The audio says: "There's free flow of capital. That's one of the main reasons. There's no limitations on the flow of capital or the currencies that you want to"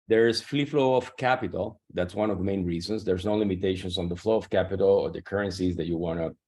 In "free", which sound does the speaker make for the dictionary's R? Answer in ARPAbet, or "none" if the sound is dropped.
L